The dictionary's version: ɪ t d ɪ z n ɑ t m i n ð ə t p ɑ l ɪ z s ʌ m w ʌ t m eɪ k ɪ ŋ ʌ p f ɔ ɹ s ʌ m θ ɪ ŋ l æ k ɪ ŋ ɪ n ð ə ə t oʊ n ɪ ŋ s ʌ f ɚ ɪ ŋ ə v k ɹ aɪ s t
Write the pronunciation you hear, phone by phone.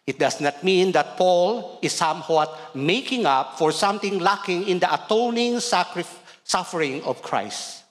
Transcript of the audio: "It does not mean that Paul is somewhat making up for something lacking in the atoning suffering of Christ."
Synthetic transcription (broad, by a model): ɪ t d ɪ s n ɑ t m i n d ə t p ɑ l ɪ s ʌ m w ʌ t m eɪ k ɪ ŋ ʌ p f ɔ ɹ s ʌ m t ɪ ŋ l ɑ k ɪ ŋ ɪ n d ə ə t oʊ n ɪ ŋ s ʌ f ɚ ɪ ŋ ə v k ɹ aɪ s t